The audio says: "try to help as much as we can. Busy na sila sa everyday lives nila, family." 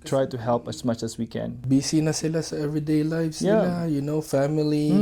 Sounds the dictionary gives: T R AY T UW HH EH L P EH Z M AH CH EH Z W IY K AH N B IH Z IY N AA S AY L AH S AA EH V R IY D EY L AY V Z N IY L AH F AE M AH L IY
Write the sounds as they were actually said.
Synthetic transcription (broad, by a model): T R AY T UW HH EH L P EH S M AH CH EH S W IY K AH N B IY S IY N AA S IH L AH S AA EH V R IY D EY L AY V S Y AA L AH F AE M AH L IY